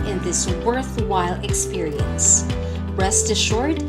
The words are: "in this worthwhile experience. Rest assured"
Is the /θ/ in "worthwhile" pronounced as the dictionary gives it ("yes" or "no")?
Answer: yes